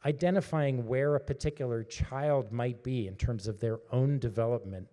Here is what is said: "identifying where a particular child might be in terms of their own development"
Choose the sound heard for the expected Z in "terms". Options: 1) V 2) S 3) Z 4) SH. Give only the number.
3